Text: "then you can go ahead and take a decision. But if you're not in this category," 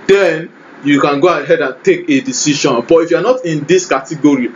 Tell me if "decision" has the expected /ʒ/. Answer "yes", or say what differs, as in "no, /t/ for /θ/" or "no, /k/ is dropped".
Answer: no, /ʃ/ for /ʒ/